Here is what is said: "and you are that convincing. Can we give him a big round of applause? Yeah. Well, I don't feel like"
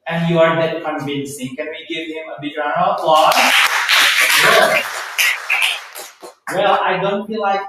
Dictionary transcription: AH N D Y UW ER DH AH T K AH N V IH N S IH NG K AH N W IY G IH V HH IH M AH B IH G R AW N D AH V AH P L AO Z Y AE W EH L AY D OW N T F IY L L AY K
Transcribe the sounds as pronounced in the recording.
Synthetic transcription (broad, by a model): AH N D Y UW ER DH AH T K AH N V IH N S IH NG K AH N W IY G IH V HH IH M AH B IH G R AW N AH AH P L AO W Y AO W EH L AY D OW N T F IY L L AY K